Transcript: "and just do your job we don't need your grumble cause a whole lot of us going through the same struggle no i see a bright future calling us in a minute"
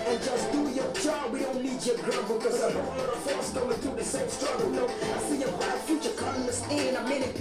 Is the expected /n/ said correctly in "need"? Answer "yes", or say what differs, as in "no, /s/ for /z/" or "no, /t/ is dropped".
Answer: no, /l/ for /n/